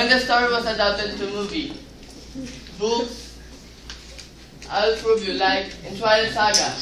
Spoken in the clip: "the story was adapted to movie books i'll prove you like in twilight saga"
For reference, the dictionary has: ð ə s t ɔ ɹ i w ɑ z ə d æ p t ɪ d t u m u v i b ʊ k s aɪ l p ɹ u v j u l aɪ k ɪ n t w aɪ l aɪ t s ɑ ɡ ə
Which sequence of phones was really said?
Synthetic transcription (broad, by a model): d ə s t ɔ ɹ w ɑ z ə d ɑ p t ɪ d t u m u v i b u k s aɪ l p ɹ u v j u l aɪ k ɪ n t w aɪ aɪ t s ɑ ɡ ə